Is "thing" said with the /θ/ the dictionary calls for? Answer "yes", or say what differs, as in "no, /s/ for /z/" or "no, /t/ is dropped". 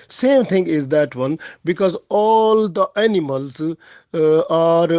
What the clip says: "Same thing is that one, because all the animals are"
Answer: no, /t/ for /θ/